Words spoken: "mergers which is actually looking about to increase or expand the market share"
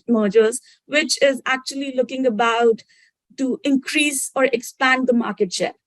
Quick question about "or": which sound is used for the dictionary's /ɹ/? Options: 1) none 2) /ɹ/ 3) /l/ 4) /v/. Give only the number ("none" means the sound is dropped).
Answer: 2